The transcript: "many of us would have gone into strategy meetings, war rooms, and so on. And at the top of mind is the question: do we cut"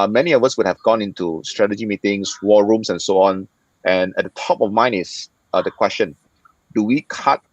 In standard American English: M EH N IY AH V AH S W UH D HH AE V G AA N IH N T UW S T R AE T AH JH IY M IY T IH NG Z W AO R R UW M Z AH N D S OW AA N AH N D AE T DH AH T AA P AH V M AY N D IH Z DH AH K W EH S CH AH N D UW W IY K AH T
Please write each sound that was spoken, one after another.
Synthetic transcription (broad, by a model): M EH N IY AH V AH S W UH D HH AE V G AA N IH N T UW S T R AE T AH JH IY M IY T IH NG S W AO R R UW M S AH N S OW AA N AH N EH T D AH T AA P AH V M AY N IH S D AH K W EH S CH AH N D UW W IY K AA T